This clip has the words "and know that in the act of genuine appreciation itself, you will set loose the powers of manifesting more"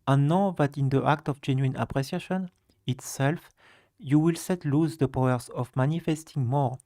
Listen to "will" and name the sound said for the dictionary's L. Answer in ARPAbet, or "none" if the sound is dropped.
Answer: L